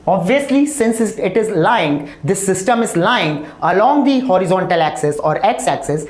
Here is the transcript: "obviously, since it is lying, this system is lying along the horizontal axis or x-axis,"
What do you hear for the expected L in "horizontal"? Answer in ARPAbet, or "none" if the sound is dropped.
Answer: L